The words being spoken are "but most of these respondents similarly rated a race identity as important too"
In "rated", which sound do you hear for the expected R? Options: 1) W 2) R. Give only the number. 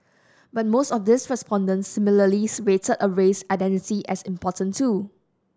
1